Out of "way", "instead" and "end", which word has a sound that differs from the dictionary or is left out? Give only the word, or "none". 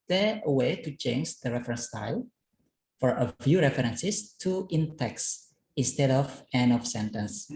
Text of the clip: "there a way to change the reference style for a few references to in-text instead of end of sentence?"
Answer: end